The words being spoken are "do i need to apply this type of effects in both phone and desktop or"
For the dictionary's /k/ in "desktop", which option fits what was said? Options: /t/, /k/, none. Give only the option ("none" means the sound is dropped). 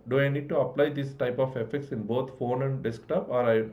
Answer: /k/